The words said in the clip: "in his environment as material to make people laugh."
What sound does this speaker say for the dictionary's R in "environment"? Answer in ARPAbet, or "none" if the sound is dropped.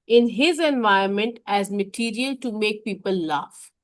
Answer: none